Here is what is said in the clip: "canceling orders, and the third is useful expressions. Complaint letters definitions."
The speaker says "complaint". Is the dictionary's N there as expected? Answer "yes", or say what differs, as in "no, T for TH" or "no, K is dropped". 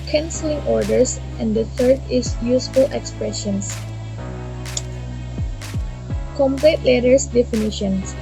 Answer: no, N is dropped